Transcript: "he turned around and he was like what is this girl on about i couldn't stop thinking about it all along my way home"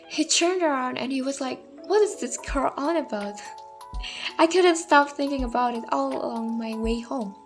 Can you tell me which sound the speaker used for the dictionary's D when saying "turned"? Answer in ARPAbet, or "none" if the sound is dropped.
D